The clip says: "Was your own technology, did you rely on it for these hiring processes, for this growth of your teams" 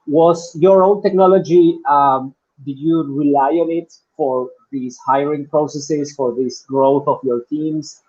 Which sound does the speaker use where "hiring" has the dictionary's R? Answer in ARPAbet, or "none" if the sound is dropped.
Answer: R